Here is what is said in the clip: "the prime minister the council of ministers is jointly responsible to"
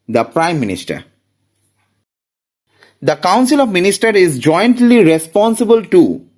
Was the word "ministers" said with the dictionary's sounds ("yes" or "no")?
no